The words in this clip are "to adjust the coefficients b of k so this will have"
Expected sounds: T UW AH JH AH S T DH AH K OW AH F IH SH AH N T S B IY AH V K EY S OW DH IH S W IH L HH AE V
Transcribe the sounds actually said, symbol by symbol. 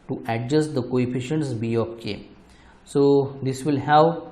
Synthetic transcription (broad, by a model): T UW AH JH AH S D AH K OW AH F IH SH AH N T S B IY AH P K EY S OW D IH S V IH L HH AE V